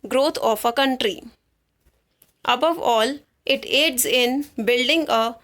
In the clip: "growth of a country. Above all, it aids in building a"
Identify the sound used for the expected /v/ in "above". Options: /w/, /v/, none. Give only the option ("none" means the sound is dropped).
/v/